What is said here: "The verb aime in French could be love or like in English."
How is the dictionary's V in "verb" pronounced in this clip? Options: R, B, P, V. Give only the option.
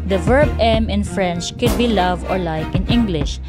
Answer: V